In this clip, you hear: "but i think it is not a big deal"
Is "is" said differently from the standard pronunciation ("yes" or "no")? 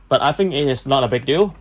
yes